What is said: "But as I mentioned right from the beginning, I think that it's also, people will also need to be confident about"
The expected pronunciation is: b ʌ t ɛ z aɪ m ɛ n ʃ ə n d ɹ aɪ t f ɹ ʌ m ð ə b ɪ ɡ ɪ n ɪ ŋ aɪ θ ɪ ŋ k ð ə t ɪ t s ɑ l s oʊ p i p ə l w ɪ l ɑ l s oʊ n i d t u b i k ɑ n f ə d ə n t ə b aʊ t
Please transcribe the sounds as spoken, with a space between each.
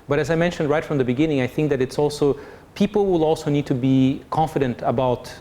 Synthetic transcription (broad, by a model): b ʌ t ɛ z aɪ m ɛ n ʃ ə n d ɹ aɪ t f ɹ ʌ m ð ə b ɪ ɡ ɪ n ɪ ŋ aɪ θ ɪ ŋ k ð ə t ɪ t s ɑ l s oʊ p i p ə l w ɪ l ɑ l s oʊ n i d t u b i k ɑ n f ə d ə n t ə b aʊ t